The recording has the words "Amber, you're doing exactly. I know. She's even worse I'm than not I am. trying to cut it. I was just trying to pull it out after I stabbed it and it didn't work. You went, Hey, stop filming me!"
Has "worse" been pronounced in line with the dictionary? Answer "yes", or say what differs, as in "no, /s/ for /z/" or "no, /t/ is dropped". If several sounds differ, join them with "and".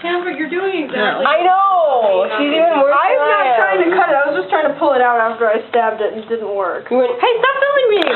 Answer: no, /s/ is dropped